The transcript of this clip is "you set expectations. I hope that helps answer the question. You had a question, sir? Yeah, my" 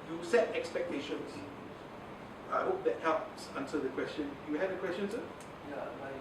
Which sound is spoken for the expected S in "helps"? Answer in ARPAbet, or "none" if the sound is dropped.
S